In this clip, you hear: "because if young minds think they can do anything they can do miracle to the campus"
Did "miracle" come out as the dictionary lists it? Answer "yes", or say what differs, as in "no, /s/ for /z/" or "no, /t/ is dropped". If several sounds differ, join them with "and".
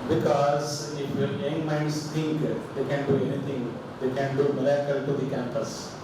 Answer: no, /l/ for /ɹ/